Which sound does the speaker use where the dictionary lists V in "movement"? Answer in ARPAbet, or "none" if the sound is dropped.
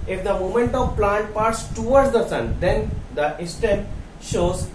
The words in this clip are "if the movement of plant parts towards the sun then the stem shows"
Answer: none